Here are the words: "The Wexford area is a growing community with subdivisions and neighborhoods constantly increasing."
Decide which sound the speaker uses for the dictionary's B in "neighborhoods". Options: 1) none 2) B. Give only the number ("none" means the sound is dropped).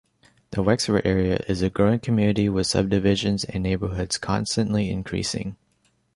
2